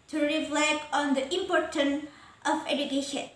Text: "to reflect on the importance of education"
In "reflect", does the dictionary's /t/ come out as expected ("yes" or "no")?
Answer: no